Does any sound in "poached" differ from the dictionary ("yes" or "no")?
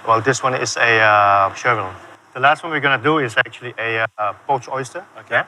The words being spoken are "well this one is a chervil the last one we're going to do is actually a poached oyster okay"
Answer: yes